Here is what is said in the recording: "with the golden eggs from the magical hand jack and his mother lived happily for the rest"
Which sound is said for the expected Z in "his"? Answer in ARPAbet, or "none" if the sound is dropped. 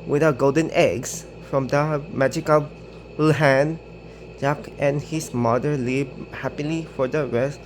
S